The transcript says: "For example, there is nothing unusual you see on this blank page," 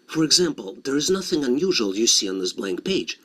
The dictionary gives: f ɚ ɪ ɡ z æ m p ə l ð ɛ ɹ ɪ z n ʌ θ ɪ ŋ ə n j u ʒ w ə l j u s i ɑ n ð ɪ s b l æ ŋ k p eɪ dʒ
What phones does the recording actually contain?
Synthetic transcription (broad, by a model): f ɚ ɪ ɡ z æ m p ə l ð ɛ ɹ ɪ z n ʌ θ ɪ ŋ ə n j u ʒ w ə l j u s i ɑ n ð ɪ s b l æ ŋ k p eɪ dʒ